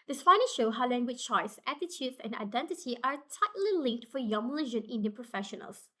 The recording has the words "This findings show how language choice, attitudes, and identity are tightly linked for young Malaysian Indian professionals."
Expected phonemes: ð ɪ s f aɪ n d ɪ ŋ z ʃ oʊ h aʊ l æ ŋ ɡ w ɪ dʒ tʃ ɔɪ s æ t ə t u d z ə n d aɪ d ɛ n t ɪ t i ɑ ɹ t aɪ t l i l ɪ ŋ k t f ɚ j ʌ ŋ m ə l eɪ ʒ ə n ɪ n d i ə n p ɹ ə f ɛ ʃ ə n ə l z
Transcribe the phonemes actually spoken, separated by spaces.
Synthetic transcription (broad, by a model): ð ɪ s p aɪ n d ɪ ʃ oʊ h aʊ l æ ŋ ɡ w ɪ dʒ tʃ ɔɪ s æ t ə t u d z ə n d aɪ d ɛ n t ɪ t i ɑ ɹ t aɪ t l i l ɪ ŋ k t f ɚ j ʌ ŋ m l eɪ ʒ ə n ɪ n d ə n p ɹ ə f ɛ ʃ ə n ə l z